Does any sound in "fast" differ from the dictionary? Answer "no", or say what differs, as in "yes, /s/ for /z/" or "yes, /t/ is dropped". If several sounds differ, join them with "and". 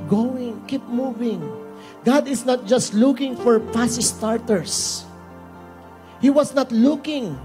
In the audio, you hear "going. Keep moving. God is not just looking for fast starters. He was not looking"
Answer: yes, /p/ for /f/